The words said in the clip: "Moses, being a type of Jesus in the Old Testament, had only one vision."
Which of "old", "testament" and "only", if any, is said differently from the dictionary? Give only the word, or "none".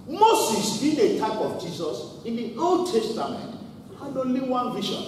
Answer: only